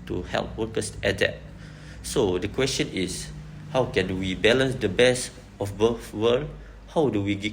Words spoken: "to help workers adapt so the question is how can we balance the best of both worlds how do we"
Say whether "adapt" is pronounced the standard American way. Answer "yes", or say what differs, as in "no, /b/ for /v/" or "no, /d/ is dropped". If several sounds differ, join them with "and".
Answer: no, /p/ is dropped